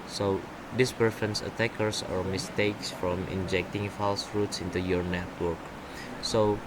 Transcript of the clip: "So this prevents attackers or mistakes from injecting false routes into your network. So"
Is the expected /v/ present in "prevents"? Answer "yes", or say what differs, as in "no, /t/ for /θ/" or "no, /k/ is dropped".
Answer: no, /f/ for /v/